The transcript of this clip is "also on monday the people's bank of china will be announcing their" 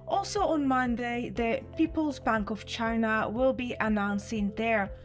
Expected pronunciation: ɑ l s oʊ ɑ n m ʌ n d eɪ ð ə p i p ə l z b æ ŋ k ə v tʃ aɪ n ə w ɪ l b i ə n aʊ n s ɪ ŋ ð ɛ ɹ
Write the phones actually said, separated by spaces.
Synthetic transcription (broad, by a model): ɑ l s oʊ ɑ n m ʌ n d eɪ ð ə p i p ə l z b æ ŋ k ə v tʃ aɪ n ə w ɪ l b i ə n aʊ n s ɪ ŋ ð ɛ ɹ